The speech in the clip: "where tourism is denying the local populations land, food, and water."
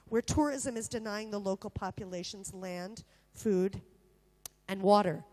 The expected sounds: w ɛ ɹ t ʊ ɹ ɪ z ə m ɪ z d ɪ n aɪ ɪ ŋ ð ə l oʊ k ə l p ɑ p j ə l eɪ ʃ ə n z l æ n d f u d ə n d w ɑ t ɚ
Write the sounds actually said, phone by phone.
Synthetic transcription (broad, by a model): w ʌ ɹ t ʊ ɹ ɪ z ə m ɪ z d ɪ n aɪ ɪ ŋ ð ə l oʊ k l p ɑ p j ə l eɪ ʃ ə n z l æ n d f u d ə n w ɑ t ɚ